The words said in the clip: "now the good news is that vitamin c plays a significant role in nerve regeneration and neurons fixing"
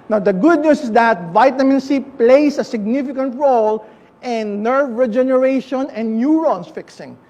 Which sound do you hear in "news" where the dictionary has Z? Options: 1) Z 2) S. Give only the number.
2